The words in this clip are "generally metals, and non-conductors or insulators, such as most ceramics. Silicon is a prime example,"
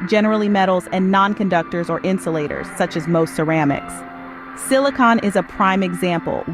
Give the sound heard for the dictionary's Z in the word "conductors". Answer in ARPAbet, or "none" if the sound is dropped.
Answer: Z